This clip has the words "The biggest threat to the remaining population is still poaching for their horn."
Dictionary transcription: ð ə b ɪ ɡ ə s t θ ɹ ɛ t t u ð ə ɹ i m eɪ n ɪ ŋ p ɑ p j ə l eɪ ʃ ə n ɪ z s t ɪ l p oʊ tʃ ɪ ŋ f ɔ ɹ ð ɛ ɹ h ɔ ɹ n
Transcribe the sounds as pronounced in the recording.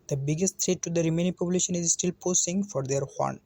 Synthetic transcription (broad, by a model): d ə b ɪ ɡ ə s t t ɹ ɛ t t u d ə ɹ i m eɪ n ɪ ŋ p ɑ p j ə l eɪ ʃ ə n ɪ z s t ɪ l p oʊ s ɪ ŋ f ɔ ɹ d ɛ ɹ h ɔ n